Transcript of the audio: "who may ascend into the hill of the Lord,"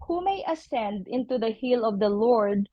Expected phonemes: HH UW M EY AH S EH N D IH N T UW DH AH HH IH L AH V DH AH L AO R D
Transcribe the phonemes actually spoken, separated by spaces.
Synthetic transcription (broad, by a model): HH UW M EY AH S EH N D IH N T UW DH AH HH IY L AH V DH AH L AO R D